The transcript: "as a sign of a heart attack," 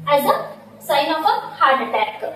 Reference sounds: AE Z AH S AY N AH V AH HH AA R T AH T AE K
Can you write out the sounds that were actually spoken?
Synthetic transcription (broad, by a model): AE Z AH S AY N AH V AH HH AA R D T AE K